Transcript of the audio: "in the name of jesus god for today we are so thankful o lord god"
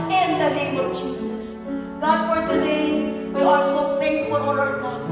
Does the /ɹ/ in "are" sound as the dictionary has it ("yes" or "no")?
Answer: no